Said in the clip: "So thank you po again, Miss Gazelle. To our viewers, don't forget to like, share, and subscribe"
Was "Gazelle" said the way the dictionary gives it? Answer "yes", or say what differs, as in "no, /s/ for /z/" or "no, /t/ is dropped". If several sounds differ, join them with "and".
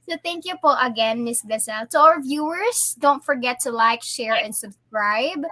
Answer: no, /s/ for /z/